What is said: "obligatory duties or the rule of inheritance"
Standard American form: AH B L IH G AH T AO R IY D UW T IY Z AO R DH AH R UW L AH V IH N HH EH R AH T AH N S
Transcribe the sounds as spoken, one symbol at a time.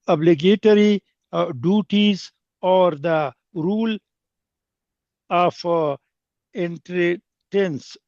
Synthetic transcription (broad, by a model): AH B L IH G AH T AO R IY D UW T IY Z AO R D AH R UW L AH F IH N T R T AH N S